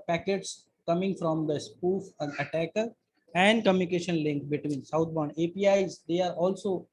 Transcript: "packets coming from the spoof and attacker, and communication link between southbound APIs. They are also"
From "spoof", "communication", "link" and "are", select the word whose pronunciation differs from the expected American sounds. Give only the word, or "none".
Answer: none